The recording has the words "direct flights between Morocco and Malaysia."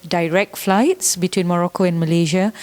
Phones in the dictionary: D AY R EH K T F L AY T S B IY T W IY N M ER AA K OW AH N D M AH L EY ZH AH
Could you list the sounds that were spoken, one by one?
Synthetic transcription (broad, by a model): D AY R EH K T F L AY T S B IY T W IY N M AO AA K OW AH N M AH L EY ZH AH